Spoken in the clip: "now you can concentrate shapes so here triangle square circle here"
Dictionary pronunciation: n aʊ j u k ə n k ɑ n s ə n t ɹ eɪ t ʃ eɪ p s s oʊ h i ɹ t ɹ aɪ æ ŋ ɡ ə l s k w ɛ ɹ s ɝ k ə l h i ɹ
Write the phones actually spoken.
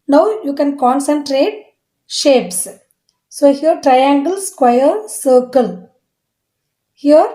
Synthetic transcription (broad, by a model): n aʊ j u k ə n k ɑ n s ə n t ɹ eɪ t ʃ eɪ p s s oʊ h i ɹ t ɹ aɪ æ ŋ ɡ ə l s k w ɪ ɹ s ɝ k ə l h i ɹ